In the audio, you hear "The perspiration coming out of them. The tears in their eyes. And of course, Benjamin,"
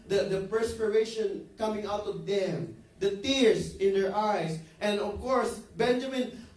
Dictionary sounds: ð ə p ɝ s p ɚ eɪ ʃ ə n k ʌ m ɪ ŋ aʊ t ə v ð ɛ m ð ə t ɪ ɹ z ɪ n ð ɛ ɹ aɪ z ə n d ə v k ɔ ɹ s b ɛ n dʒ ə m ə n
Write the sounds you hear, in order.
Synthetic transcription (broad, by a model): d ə p ɝ s p ɚ eɪ ʃ ə n k ʌ m ɪ ŋ aʊ t ə v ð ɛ m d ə t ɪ ɹ s ɪ n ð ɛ ɹ aɪ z ə n d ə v k ɔ ɹ s b ɛ n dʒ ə m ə n